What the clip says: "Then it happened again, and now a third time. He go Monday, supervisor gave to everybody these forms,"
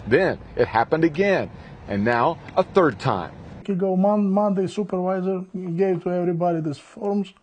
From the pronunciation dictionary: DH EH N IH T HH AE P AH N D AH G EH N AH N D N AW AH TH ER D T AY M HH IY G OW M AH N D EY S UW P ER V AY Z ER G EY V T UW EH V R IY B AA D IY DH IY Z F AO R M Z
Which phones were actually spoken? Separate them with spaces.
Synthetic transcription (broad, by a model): DH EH N IH T HH AE P AH N D AH G EH N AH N N AW AH TH ER D T AY M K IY G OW M AH N D EY S UW P ER V AY Z ER G EY V T UW EH V R IY B AA D IY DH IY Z F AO R M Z